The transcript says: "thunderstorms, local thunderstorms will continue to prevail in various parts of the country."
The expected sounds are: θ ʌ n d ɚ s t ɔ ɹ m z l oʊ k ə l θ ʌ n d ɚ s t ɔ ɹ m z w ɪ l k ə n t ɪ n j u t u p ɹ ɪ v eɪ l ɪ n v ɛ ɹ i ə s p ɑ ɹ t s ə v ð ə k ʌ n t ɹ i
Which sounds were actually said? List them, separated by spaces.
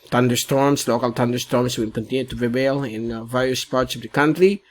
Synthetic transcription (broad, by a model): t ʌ n d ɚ s t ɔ ɹ m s l oʊ k ə l t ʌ n d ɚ s t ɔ ɹ m s w ɪ l k ə n t ɪ n j u t u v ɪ b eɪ l ɪ n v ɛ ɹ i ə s p ɑ ɹ t s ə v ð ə k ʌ n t ɹ i